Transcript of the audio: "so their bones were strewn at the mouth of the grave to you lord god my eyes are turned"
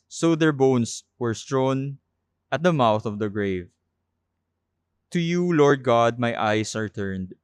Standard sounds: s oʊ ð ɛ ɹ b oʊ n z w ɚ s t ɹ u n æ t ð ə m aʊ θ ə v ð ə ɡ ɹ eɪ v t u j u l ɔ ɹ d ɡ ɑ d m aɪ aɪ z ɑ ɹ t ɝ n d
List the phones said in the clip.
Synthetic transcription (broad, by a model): s oʊ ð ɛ ɹ b oʊ n s w ɚ s t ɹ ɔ n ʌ t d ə m aʊ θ ə v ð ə ɡ ɹ eɪ v t u j u l ɔ ɹ d ɡ ɑ d m aɪ aɪ s ɑ ɹ t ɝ n d